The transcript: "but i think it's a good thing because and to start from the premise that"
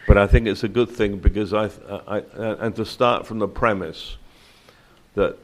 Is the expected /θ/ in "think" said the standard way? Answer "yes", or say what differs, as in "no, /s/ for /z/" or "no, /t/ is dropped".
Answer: yes